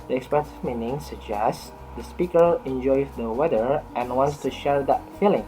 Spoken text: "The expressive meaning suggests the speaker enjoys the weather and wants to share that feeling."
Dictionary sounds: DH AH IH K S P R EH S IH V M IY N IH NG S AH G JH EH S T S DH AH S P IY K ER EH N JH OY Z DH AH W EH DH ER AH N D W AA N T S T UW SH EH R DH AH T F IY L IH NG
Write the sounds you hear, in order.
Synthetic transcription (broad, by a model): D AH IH K S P EH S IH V M IY N IH NG S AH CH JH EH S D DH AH S P IY K ER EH N JH OY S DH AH W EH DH ER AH N W AA N T S T UW SH EH R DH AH T F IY L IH NG